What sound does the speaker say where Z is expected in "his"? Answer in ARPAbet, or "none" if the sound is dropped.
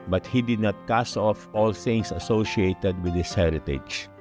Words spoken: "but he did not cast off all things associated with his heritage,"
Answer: S